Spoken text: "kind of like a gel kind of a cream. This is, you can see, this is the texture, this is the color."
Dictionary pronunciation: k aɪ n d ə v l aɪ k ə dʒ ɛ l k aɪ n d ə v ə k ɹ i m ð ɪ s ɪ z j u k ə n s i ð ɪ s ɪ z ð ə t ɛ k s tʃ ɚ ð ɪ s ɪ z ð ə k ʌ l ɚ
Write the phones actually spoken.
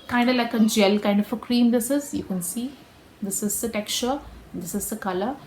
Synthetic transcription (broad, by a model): k aɪ n d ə l aɪ k ə dʒ ɛ l k aɪ n d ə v ə k ɹ i m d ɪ s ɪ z j u k ə n s i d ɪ s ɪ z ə t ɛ k tʃ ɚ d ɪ s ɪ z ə k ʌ l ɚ